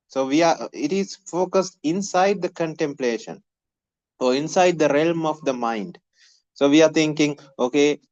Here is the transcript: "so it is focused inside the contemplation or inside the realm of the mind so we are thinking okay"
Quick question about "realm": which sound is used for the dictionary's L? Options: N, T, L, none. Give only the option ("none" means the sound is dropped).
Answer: L